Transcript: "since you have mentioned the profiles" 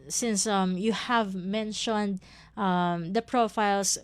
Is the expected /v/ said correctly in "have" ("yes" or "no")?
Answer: yes